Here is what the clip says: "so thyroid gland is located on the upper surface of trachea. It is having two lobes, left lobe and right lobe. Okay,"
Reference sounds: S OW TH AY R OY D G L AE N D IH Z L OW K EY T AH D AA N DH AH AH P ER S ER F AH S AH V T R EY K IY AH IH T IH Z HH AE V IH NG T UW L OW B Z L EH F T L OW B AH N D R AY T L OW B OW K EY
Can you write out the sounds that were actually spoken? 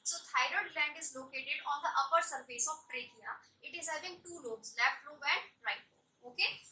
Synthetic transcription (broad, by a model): S OW T AY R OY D L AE N D IH Z L OW K EY T AH D AA N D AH AH P ER S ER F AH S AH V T R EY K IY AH IH T IH Z HH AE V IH NG T UW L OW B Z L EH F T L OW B AH N D R AY T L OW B OW K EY